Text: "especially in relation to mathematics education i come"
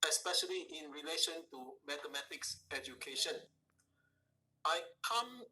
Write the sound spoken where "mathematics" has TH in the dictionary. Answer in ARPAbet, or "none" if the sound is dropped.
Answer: T